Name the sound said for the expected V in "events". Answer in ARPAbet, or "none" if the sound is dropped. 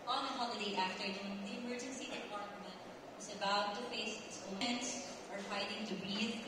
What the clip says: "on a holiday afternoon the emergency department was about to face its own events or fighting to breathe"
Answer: none